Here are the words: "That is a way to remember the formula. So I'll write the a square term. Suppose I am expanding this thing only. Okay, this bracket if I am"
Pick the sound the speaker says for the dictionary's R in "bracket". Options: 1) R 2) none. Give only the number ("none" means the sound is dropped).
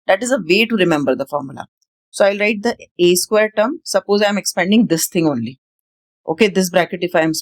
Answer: 1